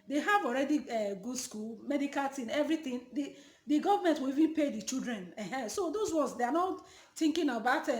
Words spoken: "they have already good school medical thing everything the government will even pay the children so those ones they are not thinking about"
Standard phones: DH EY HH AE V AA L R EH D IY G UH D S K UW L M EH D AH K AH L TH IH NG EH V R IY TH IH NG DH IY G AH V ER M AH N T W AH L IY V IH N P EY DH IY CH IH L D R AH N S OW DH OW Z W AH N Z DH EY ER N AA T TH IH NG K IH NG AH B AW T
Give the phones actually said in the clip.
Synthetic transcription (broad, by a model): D EY HH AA V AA L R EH D IY G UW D S K UW L M EH D AH K AH L T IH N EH V R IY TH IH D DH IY G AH V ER M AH N T W AH L IY V IH N P EY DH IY CH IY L D R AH N S OW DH OW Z W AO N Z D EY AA N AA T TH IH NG K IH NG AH B AW T